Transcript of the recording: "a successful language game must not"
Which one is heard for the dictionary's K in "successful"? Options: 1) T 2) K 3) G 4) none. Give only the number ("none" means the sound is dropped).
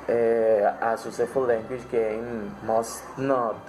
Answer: 4